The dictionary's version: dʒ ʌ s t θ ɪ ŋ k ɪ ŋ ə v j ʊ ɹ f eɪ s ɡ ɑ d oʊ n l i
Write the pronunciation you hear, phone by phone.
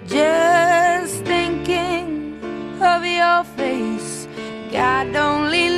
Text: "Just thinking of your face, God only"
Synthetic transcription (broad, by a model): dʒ ʌ s θ ɪ ŋ k ɪ ŋ ə v j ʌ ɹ f eɪ s ɡ ɑ d oʊ n l i